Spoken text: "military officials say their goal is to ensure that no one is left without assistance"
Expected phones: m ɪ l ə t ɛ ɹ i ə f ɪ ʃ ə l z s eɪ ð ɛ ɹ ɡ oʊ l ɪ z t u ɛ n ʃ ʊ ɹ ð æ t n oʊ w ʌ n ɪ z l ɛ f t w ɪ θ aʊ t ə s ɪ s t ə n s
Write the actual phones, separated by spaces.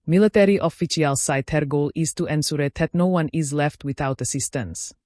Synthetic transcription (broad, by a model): m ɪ l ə t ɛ ɹ i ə f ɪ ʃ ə l s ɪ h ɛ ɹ ɡ oʊ l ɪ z t u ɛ n s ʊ ɹ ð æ t n oʊ w ʌ n ɪ z l ɛ f t w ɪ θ aʊ t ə s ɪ s t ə n s